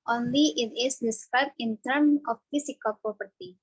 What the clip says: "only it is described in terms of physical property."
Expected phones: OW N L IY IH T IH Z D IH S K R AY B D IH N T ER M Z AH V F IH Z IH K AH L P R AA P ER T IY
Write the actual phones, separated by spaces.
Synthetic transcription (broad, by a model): OW N L IY IH T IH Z D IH S K R AY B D IH N T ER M AH F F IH S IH K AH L P R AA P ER T IY